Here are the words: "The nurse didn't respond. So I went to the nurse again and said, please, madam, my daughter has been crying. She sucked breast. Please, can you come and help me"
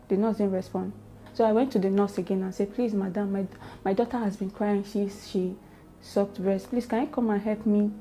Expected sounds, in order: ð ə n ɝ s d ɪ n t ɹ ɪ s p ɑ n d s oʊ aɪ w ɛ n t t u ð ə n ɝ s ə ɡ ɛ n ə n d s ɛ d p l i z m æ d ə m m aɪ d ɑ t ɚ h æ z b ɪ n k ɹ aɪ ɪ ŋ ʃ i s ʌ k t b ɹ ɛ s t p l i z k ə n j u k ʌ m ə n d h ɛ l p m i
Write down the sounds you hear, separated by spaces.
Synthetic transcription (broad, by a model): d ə n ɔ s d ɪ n ɹ ɪ s p ɑ n d s oʊ aɪ w ɛ n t t u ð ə n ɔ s ə ɡ ɛ n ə n s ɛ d p l i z m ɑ d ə m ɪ aɪ d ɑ t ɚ h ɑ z b ɪ n k ɹ aɪ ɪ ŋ ʃ i s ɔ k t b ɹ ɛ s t p l i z k ə n j u k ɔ m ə n h ɛ l p m i